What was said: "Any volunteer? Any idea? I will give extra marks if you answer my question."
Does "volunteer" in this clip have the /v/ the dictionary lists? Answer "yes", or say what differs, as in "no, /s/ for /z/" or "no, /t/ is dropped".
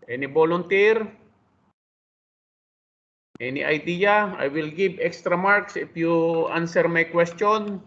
no, /b/ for /v/